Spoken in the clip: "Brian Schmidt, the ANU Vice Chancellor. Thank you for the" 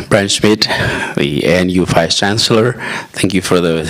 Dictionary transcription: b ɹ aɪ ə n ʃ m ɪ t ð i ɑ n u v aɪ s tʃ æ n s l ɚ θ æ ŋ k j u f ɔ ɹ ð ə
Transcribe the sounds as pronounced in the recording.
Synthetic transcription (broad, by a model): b ɹ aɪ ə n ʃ m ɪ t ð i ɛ n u f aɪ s tʃ æ n s l ɚ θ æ ŋ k j u f ɔ ɹ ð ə